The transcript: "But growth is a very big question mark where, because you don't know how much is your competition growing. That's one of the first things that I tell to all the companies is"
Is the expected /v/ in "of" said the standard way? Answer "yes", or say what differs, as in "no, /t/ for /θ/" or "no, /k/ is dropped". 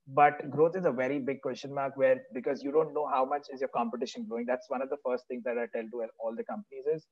yes